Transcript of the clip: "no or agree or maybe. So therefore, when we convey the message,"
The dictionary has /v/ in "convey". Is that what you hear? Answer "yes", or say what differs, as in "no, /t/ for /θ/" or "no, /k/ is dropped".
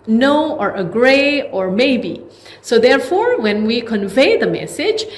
yes